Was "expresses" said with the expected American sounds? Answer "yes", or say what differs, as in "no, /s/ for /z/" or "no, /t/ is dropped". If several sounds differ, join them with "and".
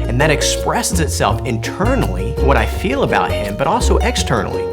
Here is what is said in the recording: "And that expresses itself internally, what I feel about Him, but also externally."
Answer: yes